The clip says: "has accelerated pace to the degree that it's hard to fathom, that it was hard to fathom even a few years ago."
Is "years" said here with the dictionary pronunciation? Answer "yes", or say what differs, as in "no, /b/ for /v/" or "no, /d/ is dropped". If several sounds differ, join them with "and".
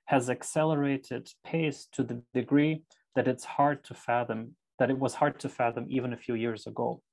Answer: yes